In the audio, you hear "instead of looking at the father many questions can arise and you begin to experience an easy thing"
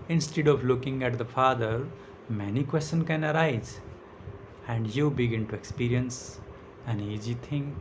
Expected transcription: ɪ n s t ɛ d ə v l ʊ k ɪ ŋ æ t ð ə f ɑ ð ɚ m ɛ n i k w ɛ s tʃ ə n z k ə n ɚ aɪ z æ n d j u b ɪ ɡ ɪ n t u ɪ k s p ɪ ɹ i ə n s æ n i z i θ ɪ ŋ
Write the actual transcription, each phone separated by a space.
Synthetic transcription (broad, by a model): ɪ n s t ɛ d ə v l ʊ k ɪ ŋ æ t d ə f ɑ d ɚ m ɛ n i k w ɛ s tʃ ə n k ə n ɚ aɪ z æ n d j u b ɪ ɡ ɪ n t u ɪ k s p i ɹ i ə n s æ n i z i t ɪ ŋ